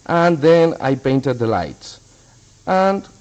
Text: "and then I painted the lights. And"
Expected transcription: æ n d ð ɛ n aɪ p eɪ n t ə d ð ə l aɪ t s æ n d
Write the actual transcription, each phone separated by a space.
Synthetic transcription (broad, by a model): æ n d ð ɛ n aɪ p eɪ n t ə d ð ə l aɪ t s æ n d